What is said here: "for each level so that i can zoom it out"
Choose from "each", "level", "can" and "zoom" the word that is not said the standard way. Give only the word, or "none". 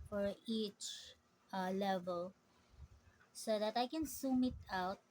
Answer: zoom